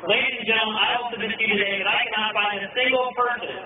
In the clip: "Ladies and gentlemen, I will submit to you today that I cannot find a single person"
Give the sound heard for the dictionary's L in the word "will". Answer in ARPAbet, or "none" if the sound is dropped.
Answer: N